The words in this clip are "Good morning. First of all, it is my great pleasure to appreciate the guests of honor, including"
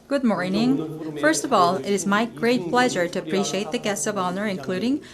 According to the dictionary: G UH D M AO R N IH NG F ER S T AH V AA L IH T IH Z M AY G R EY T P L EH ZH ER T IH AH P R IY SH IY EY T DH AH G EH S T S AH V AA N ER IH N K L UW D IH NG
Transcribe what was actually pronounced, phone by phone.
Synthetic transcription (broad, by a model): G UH D M AO R N IH NG F ER S T AH V AA L IH T IH Z M AY G R EY T P L EH ZH ER T IH AH P R IY SH IY EY T DH AH G EH S T S AH V AA N ER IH N K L UW D IH NG